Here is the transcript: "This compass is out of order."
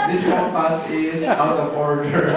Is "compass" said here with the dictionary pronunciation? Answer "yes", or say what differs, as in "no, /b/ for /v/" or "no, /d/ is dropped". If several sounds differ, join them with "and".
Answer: no, /m/ is dropped